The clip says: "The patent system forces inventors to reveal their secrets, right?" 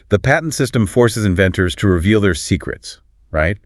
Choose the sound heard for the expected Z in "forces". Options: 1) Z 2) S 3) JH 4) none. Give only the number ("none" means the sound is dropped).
1